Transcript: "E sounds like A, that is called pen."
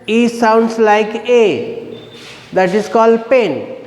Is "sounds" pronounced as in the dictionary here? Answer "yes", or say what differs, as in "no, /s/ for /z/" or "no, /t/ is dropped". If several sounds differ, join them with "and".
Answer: no, /s/ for /z/